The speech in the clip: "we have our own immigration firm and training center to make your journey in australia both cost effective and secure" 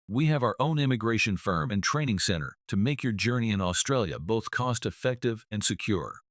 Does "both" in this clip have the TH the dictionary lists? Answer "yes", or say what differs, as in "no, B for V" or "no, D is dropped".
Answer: yes